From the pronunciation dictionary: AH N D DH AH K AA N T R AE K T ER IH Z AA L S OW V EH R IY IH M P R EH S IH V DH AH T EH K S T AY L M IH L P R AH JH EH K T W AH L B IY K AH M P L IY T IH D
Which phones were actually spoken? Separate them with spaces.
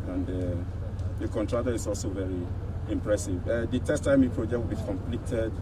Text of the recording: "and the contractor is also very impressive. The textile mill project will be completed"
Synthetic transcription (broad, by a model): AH N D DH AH K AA N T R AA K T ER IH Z AA L S OW V EH R IY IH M P R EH S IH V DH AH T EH S T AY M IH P R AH JH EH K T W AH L B IY K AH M P L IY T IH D